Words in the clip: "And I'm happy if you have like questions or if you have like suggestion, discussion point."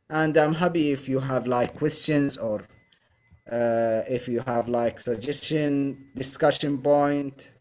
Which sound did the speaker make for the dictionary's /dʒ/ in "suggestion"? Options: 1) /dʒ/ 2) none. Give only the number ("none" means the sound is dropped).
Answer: 1